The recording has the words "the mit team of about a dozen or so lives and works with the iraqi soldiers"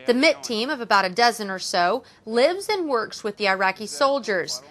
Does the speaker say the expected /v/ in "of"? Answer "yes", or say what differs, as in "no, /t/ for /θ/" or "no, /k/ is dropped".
yes